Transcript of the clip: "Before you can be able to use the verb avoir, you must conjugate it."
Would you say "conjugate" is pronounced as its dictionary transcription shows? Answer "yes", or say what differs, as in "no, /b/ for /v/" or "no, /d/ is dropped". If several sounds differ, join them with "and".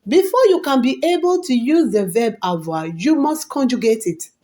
yes